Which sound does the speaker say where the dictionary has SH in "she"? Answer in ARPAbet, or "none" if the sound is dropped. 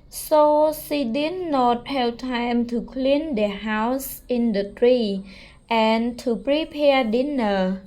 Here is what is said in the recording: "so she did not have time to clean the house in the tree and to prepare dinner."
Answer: S